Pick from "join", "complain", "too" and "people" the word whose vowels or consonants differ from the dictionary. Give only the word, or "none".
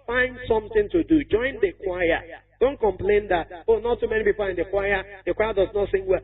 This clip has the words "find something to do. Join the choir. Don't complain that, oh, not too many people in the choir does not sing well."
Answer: people